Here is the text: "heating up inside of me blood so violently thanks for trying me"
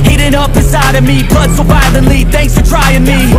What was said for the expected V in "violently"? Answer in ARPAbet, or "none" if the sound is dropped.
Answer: B